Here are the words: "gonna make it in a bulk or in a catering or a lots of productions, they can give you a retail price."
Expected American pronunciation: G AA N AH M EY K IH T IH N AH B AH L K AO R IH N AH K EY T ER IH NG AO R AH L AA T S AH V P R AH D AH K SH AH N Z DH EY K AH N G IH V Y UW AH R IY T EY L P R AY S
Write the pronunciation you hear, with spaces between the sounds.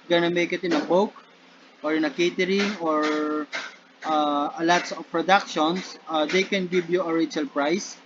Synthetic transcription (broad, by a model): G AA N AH M EY K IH T IH N AH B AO W K AO R IH N AH K EY T ER IH NG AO R AH L AA T S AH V P R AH D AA K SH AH N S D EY K AH N G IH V Y UW AH R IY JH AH L P R AY S